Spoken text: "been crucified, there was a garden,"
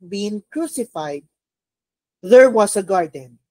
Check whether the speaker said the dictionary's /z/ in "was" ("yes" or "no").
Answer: no